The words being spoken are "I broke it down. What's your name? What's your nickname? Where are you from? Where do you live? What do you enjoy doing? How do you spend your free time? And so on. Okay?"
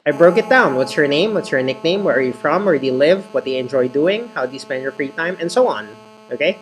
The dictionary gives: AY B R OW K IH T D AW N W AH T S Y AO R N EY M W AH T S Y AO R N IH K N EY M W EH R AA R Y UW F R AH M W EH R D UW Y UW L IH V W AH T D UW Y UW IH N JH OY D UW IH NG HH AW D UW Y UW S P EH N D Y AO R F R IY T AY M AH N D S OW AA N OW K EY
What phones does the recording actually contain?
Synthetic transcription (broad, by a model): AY B R OW K IH T D AW N W AH T S Y AO R N EY M W AH T S Y AO R N IH K N EY M W EH R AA R Y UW F R AH M W EH R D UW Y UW L IH V W AH T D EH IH IH N JH OY D UW IH NG HH AW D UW Y UW S P EH N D Y AO R F R IY T AY M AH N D S OW AA N OW K EY